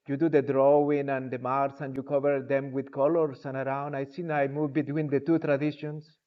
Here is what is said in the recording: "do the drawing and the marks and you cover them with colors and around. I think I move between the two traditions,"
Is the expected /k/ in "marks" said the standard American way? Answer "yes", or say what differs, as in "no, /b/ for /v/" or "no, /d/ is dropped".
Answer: no, /k/ is dropped